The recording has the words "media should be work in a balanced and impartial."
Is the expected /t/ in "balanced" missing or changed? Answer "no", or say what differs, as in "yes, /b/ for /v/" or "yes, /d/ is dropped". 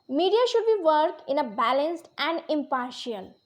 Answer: no